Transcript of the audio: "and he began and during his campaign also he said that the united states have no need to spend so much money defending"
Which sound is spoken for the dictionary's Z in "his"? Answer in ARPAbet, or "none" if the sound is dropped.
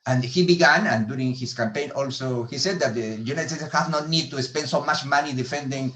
S